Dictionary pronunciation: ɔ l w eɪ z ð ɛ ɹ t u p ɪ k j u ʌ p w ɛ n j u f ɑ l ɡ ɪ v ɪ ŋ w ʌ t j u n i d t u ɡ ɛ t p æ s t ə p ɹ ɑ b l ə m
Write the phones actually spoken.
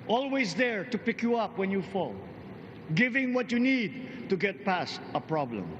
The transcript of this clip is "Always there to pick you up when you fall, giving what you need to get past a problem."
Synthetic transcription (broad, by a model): ɔ l w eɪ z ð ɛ ɹ t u p ɪ k j u ʌ p w ɛ n j u f ɑ l ɡ ɪ v ɪ ŋ w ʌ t j u n i d t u ɡ ɛ t p æ s t ə p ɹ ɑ b l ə m